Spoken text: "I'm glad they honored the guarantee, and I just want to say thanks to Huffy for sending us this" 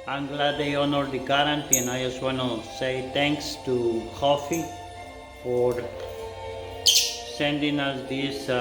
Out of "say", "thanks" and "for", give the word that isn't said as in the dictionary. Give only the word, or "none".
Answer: thanks